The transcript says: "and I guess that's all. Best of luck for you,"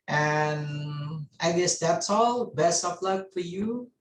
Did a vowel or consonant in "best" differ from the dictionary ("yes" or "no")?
yes